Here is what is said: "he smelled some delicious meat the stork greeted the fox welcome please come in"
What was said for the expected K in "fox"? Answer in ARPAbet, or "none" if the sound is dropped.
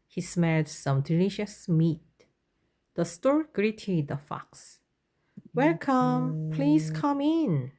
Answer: K